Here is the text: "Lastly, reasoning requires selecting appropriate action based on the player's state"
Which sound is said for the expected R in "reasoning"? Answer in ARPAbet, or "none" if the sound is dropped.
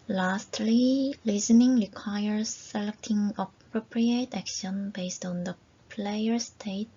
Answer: L